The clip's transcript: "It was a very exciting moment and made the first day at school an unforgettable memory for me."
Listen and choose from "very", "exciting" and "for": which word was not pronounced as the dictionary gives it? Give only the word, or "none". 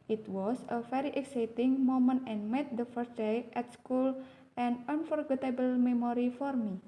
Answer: very